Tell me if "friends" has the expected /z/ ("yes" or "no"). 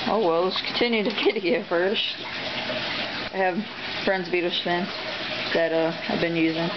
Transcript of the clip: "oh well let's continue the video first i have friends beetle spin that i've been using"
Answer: yes